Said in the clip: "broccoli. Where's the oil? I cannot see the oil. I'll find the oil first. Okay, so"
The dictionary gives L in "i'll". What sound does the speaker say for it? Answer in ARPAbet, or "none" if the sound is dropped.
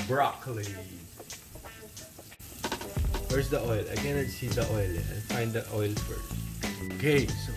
N